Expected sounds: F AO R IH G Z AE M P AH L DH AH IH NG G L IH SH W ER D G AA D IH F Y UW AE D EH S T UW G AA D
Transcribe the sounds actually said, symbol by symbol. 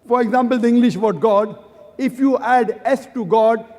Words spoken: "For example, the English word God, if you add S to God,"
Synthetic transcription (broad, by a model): F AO R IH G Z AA M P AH L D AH IH NG G L IH SH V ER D G AA D IH F Y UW AE D EH S T UW G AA D